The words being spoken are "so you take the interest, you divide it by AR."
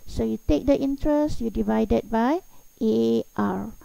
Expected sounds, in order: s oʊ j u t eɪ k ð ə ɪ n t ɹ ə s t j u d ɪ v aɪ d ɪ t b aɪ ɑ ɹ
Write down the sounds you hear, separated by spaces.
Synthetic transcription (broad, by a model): s oʊ j u t eɪ k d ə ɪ n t ɹ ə s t j u d ɪ v aɪ d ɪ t b aɪ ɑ ɹ